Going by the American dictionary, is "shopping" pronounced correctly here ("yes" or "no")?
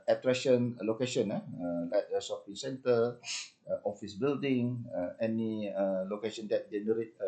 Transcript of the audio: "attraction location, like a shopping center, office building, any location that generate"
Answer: no